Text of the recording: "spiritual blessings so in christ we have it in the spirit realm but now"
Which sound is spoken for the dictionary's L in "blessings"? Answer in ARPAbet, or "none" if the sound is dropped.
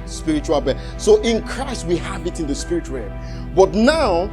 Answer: none